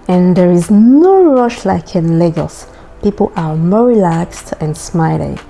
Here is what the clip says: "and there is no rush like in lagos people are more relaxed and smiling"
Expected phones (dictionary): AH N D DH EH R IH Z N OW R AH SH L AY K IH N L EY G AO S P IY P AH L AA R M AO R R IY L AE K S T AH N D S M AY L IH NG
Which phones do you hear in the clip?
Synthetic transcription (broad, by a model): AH N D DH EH R IH Z N OW R AH SH L AY K IH N L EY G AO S P IY P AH L AA R M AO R R IY L AE K S T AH N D S M AY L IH